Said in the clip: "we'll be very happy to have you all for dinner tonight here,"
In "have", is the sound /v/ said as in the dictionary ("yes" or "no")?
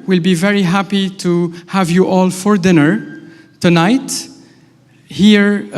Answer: yes